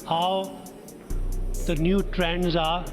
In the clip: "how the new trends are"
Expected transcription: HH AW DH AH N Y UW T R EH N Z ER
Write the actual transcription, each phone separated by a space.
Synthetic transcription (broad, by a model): HH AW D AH N Y UW T R EH N Z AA